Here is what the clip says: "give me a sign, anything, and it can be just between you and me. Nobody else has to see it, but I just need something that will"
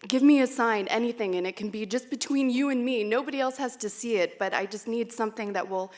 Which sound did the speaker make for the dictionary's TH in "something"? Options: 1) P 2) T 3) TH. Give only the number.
3